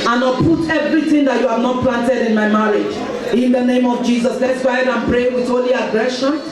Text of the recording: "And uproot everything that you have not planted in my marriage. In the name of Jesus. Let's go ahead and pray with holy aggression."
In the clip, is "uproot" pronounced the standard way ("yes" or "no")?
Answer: no